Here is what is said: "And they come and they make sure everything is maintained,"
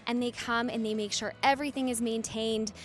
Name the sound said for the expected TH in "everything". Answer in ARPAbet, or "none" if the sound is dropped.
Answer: TH